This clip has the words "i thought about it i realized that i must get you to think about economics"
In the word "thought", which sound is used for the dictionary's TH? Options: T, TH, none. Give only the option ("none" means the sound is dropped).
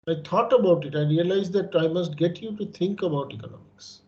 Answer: T